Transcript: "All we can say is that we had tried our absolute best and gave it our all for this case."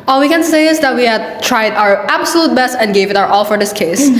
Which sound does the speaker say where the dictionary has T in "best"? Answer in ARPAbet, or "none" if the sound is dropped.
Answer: T